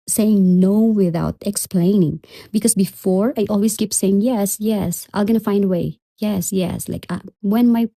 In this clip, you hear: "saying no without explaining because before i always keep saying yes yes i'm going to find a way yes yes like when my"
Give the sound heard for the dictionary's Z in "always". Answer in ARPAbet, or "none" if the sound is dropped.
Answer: S